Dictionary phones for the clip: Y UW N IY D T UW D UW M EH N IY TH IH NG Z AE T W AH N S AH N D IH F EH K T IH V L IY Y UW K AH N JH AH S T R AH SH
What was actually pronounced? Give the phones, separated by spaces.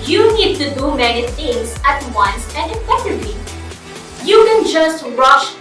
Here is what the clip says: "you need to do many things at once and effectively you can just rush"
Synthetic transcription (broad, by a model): Y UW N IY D T UW D UW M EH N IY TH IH NG S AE T W AH N S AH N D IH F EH T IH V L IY Y UW K AH N JH AH S T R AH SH